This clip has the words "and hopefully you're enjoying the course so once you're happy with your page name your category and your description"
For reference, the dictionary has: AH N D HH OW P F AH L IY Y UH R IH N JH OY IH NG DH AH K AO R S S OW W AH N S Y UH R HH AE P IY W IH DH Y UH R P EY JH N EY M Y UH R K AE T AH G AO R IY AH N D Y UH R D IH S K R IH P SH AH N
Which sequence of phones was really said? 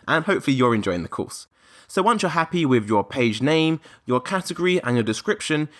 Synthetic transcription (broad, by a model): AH N HH OW P F AH L IY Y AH R IH N JH OY IH NG DH AH K AO S S OW W AH N S Y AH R HH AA P IY W IH DH Y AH P EY JH N EY M Y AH K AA T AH G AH R IY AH N Y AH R D IH S K R IH P SH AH N